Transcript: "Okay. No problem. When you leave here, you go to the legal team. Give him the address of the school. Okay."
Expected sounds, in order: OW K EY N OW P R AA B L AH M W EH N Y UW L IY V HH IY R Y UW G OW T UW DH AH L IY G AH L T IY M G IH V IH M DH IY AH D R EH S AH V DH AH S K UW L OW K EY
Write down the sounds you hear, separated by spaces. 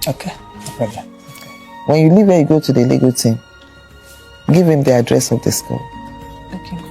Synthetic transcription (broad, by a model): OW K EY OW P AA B AH W EH N Y UW L IY V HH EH Y UW G OW T UW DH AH L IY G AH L T IY M G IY V IH M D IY AH D R EH S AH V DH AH S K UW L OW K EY